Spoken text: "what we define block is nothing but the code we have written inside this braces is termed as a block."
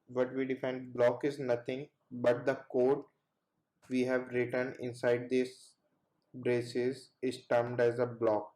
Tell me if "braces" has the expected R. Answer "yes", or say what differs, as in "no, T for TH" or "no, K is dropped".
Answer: yes